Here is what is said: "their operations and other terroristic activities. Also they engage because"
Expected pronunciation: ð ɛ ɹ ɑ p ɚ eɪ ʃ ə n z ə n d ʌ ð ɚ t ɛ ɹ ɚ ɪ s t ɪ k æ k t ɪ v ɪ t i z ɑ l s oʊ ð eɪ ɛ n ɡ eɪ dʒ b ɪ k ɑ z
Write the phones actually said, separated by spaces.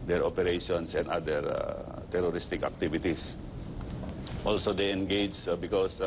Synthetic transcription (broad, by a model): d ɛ ɹ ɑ p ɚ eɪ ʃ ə n s ə n d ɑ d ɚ t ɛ ɹ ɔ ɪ s t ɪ k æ k t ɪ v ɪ t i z ɑ l s oʊ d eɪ ɛ n ɡ eɪ dʒ b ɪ k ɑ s